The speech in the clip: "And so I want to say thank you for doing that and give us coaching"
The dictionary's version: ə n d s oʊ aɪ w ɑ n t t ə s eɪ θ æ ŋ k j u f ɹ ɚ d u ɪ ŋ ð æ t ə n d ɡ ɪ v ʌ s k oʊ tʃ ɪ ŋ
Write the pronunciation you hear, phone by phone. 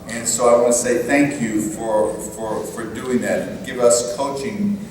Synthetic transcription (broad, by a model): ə n s oʊ aɪ w ɑ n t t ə s eɪ θ æ ŋ k j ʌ f ɹ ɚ d u ɪ ŋ ð æ t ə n ɡ ɪ v ʌ s k oʊ tʃ ɪ ŋ